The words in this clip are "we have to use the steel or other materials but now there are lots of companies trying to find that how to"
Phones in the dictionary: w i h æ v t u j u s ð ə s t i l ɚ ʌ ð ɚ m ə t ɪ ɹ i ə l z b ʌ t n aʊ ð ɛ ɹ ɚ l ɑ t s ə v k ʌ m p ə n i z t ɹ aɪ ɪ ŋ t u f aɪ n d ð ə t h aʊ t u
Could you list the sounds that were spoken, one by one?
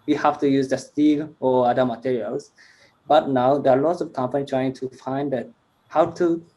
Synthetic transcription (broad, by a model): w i h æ f t u j u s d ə s t i l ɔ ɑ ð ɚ m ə t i ɹ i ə l s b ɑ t n aʊ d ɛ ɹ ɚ l ɑ t s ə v k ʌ m p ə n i t ɹ aɪ ɪ ŋ t u f aɪ n d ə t h aʊ t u